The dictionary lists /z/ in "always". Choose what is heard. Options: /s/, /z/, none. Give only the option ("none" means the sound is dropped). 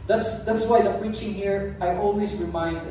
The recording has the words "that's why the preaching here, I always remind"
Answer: /s/